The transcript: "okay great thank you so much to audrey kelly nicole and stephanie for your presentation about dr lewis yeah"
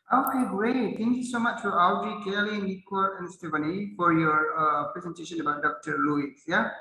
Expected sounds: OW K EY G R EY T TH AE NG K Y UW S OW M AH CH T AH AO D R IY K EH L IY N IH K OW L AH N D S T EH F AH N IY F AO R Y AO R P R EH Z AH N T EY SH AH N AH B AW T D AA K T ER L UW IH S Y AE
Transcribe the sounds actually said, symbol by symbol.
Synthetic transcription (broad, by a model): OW K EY G R EY T T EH NG K Y UW S OW M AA CH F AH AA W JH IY K EH L IY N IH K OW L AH N S T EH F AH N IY F AO R Y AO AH P R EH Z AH N T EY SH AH N AH B AW T D AA K T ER L UW IH S Y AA